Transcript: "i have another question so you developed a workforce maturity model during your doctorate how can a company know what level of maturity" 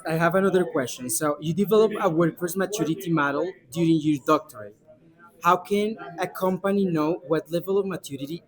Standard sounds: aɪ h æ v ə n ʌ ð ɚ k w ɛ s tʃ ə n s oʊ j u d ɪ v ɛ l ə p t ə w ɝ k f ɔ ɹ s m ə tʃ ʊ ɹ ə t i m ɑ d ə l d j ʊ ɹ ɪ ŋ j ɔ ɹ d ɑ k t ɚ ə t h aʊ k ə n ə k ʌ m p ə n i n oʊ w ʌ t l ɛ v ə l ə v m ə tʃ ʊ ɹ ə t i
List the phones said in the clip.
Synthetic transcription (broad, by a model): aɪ h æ v ə n ʌ ð ɚ k w ɛ s tʃ ə n s oʊ j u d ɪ v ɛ l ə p ə w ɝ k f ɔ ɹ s m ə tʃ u ɹ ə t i m ɑ d ə l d j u ɹ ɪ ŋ j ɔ ɹ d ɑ k t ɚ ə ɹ h aʊ k ə n ə k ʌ m p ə n i n oʊ w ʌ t l ɛ v ə l ə v m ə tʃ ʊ ɹ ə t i